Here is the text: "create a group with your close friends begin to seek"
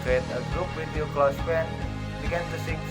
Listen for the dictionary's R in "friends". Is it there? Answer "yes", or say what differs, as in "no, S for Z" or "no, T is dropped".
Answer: no, R is dropped